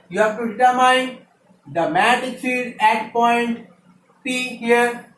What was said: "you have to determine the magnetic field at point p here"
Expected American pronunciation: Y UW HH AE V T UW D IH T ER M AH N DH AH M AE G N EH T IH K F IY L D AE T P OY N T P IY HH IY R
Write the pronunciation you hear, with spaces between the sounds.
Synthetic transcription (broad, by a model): Y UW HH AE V T UW D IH T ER M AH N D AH M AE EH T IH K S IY D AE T P OY N T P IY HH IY R